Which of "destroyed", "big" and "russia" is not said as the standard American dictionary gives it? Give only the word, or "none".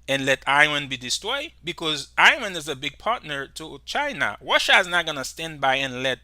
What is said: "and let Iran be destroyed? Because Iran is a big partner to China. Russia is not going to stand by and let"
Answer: russia